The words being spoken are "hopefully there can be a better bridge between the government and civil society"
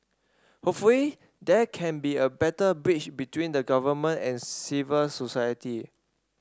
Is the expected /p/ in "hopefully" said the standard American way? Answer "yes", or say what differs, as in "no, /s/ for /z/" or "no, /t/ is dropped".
no, /p/ is dropped